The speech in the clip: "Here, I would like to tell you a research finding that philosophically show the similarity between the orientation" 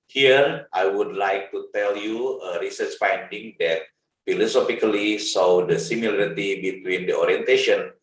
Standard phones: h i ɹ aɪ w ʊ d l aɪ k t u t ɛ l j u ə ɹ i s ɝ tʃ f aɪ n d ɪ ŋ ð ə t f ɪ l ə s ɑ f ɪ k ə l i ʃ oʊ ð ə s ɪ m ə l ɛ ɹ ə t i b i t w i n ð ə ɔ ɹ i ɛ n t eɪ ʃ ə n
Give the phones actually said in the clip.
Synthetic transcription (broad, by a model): h i ɹ aɪ w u d l aɪ k t u t ɛ l j u ə ɹ i s ɝ tʃ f aɪ n d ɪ ŋ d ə t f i l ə s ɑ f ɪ k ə l i s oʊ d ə s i m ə l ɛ ɹ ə t i b i t w i n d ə ɔ ɹ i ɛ n t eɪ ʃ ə n